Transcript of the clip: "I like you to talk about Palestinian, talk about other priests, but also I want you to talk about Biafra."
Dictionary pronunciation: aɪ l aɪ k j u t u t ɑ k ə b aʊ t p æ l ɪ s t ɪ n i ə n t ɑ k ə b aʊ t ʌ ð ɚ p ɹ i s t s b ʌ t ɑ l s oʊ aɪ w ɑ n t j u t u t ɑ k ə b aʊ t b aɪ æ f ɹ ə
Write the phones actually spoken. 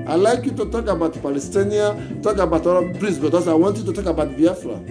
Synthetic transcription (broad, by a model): aɪ l aɪ k j u t u t ɑ k ə b aʊ t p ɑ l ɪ s t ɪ n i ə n t ɑ k ə b aʊ t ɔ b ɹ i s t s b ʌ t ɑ s aɪ w ɑ n t j u t u t ɑ k ə b aʊ t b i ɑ f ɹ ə